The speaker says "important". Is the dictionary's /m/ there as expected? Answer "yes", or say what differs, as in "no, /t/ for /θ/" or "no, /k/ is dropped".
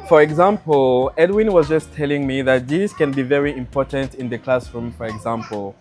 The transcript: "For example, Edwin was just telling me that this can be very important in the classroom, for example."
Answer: yes